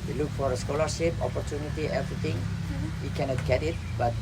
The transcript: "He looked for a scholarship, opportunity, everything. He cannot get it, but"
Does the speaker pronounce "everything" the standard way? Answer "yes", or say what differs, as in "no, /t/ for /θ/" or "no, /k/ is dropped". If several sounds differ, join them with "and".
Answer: no, /t/ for /θ/